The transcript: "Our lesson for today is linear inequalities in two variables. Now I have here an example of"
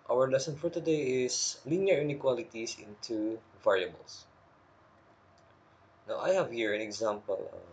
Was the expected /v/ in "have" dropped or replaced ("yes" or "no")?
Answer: no